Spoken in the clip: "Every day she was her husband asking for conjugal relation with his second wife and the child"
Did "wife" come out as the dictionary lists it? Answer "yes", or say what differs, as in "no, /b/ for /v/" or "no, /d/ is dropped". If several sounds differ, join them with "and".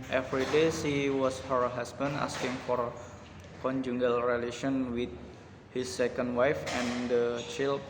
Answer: yes